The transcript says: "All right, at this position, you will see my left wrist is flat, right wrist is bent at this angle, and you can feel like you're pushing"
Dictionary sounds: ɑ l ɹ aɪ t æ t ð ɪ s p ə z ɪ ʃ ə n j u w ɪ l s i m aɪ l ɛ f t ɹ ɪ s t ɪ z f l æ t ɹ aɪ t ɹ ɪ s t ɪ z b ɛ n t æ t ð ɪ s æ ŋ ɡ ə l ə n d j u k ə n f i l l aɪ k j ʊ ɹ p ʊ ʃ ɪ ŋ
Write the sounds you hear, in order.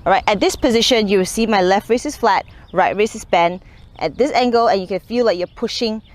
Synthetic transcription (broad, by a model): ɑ ɹ aɪ t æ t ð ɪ s p ə z ɪ ʃ ə n j u w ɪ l s i m aɪ l ɛ f t ɹ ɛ s ɪ s f l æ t ɹ aɪ t ɹ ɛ s ɪ s b ɛ n t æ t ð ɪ s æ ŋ ɡ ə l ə n j u k ə n f i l l aɪ k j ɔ p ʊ ʃ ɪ ŋ